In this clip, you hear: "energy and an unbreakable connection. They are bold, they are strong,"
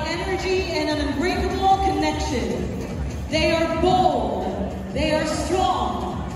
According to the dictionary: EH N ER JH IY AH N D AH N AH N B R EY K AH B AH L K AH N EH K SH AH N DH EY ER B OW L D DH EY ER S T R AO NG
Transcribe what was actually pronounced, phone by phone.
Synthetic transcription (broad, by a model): EH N ER JH IY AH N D AH N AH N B R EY AH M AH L K AH N EH K SH AH N DH EY ER B OW L D DH EY ER S T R AO NG